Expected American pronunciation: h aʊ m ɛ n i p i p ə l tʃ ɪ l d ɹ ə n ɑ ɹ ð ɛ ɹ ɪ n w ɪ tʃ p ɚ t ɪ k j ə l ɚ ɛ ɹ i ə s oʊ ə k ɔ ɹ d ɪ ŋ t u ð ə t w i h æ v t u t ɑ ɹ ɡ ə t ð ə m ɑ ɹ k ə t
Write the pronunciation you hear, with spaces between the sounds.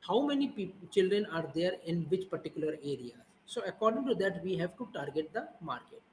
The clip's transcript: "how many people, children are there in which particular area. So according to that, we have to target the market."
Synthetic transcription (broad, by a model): h aʊ m ɛ n i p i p tʃ ɪ l d ɹ ə n ɑ ɹ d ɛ ɹ ɪ n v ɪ tʃ p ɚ t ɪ k j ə l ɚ ɛ ɹ i ə s oʊ ə k ɔ ɹ d ɪ ŋ t u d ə t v i h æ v t u t ɑ ɹ ɡ ə t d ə m ɑ ɹ k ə t